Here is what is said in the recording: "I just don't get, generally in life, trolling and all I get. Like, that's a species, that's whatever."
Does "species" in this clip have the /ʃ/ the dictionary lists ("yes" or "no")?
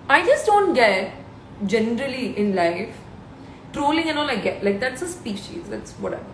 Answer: yes